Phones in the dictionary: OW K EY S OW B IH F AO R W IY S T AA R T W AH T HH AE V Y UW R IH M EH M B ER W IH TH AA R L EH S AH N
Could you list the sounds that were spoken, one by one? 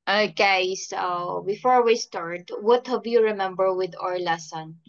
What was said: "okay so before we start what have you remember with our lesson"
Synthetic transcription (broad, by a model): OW K EY S OW B IH F AO R W IY S T AA R T W AH T HH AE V Y UW R IH M EH M B ER W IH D AA R L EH S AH N